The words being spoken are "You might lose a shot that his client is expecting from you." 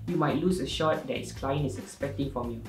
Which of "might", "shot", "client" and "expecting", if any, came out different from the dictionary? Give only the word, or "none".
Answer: client